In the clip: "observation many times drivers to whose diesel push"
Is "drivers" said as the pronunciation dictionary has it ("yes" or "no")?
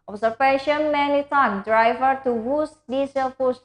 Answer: no